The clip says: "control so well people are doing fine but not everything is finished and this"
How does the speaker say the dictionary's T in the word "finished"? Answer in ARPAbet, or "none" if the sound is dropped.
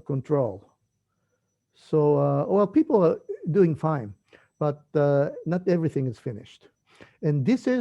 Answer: T